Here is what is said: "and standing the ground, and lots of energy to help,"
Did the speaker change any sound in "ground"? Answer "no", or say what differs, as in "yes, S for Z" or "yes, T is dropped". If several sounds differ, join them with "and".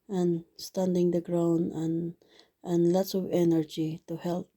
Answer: yes, D is dropped